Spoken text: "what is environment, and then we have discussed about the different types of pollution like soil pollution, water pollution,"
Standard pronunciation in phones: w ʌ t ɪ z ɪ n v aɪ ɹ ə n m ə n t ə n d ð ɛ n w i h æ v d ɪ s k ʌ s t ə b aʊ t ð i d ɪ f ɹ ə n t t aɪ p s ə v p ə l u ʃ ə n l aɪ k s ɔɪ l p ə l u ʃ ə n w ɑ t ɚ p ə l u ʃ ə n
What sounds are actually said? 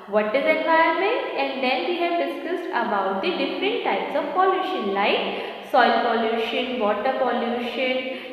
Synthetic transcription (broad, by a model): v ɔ t ɪ z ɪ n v aɪ ə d m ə n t ə n d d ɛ n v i h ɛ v d ɪ s k ʌ s t ə b aʊ t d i d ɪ f ɹ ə n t t aɪ p s ə v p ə l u ʃ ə n l aɪ k s ɔɪ l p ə l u ʃ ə n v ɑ t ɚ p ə l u ʃ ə n